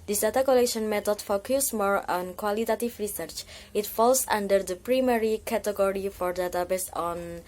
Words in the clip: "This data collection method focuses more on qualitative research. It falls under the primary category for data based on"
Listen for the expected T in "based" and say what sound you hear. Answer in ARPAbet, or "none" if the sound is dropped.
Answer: none